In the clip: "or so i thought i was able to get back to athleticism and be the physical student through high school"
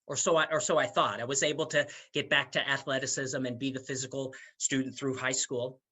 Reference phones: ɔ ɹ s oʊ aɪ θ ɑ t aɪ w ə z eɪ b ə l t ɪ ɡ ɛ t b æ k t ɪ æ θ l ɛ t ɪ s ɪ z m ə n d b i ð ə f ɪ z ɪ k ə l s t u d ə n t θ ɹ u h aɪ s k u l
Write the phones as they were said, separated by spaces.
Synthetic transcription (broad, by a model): ɔ ɹ s oʊ aɪ θ ɑ t aɪ w ə z eɪ b l t ɪ ɡ ɛ t b æ k t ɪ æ θ l ɛ t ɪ s ɪ z m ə n b i ð ə f ɪ z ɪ k l s t u d n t θ ɹ u h aɪ s k u l